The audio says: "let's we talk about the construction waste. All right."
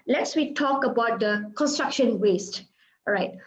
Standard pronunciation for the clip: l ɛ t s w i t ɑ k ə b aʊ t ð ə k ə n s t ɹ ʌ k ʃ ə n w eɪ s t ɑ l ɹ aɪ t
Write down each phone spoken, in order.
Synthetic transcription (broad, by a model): l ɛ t s w i t ɑ k ə b aʊ t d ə k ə n s t ɹ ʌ k ʃ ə n w eɪ s t ɹ aɪ t